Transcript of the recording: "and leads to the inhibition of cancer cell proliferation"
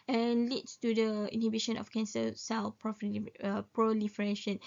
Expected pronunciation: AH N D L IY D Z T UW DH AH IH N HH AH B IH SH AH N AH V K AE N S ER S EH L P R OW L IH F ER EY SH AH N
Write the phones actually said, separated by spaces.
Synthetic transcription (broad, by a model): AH N L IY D S T UW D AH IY N HH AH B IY SH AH N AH F K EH N S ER S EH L P R OW L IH F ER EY SH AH N